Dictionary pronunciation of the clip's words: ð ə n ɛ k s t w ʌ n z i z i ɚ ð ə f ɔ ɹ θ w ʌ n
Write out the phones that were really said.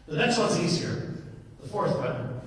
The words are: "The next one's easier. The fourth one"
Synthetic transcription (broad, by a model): ð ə n ɛ k s t w ʌ n z i z i ɚ ð ə f ɔ ɹ θ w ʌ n